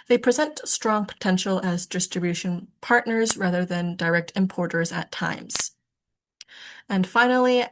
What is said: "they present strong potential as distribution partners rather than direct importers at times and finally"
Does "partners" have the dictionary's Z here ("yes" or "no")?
yes